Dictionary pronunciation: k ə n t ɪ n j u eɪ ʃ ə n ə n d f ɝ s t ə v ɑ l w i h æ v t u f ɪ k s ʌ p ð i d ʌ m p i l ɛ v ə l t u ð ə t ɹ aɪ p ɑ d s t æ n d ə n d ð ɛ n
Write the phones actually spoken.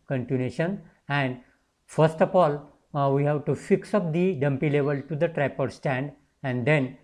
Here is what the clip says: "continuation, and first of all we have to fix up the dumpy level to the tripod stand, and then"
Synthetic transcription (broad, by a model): k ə n t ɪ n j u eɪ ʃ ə n ə n d f ɝ s t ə f ɑ l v i h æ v t u f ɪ k s ʌ p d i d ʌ m p i l ɛ v ə l t u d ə t ɹ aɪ p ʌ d s t æ n d ə n d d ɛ n